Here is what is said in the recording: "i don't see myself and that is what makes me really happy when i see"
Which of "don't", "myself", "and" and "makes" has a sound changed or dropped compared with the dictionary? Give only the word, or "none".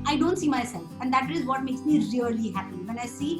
none